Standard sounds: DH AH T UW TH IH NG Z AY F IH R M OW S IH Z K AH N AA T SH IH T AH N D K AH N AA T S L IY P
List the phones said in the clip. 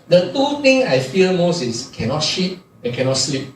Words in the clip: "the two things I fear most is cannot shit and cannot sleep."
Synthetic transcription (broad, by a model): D AH T UW T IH NG AY F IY L M OW S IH S K AH N AA T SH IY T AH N K AH N AA T S L IY P